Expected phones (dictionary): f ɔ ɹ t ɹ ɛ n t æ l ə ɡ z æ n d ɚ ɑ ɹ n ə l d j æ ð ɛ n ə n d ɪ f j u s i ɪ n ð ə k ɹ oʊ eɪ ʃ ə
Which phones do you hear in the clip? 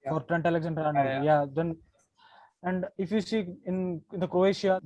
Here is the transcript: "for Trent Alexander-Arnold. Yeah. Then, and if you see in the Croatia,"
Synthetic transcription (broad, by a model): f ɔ ɹ t ɹ ɛ n t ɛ l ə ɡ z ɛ n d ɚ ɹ ə n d j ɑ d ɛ n ə n d ɪ f j u s i ɪ n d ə k ɹ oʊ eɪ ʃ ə